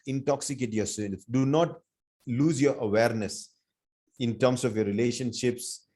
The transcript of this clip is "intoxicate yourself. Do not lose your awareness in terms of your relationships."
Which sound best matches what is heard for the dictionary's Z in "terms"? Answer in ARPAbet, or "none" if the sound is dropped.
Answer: S